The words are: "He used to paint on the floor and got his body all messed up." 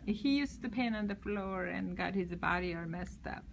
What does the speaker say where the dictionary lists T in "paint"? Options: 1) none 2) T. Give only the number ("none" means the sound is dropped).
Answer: 1